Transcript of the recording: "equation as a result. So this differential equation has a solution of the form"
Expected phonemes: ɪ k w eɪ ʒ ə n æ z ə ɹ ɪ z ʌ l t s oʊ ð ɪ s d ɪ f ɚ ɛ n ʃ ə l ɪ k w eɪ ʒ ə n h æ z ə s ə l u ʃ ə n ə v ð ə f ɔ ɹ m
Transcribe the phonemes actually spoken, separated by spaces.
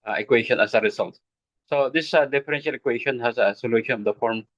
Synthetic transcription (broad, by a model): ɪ k w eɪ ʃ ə n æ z ə ɹ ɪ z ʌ l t s oʊ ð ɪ s d ɪ f ɚ ɛ n ʃ ə l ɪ k w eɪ ʃ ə n h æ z ə s ə l u ʃ ə n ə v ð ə f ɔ ɹ m